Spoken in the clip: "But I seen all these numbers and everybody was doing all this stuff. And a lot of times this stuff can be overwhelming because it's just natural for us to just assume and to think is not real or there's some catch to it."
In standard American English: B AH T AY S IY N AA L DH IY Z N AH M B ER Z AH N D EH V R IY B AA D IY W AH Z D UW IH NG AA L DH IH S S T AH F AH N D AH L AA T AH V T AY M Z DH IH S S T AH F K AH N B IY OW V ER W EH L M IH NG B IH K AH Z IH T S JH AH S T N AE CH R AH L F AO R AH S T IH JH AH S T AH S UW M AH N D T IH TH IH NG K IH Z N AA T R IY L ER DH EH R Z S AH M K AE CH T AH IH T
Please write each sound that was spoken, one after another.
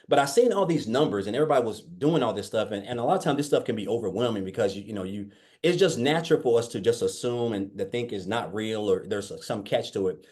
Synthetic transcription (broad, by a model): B AH T AY S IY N AA L DH IY Z N AH M B ER Z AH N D EH V R IY B AA D IY W AH Z D UW IH NG AA L DH IH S S T AH F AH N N AH L AA T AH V T AY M DH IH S S T AH F K AH N B IY OW V ER W EH L M IH NG B IH K AH Z IH T S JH AH S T N AE CH R L F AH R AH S T IH JH AH S T AH S UW M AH N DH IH TH IH NG K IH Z N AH T R IY L ER DH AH R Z S AH M K AE CH T AH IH T